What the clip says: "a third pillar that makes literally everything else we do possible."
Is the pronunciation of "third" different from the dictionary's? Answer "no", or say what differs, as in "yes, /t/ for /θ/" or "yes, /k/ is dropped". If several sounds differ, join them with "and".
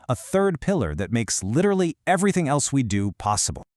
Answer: no